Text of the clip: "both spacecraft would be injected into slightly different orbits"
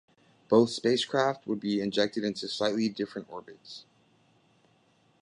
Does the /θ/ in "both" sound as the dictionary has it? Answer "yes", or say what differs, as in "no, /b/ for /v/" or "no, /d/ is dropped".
yes